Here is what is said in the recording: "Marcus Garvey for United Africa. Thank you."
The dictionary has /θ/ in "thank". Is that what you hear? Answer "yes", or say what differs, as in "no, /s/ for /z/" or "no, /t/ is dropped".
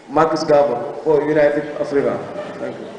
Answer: no, /t/ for /θ/